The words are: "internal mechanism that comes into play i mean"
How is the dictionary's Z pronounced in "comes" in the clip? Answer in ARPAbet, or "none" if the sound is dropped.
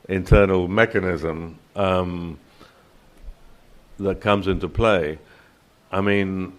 Z